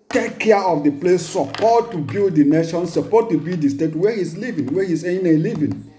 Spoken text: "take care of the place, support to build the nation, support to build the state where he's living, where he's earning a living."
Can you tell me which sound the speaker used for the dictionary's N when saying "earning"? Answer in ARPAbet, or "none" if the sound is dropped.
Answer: none